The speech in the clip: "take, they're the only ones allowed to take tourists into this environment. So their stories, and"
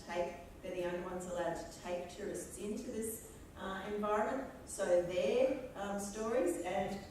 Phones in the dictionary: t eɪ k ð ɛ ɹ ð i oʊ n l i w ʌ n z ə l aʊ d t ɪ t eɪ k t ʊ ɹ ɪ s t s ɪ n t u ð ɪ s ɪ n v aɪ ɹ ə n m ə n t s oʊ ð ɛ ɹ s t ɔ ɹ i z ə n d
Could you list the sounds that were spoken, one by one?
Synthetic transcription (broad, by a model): t eɪ k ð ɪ ð i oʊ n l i w ʌ n z ə l aʊ d t ɪ t eɪ k t ʊ ɹ ɪ s t s ɪ n t u ð ɪ s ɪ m v aɪ ɹ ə n m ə n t s oʊ ð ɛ ɹ s t ɔ ɹ i z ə n